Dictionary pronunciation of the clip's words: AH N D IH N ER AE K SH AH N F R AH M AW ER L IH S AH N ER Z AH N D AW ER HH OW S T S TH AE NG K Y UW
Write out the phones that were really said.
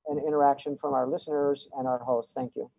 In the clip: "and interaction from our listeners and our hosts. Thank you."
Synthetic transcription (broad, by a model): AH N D IH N ER AE K SH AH N F R AH M AW ER L IH S AH N ER Z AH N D AW ER HH OW S T S TH AE NG K Y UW